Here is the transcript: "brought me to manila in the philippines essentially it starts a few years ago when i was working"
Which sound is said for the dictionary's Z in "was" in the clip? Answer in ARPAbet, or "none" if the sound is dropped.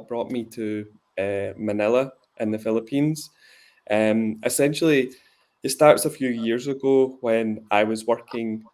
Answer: Z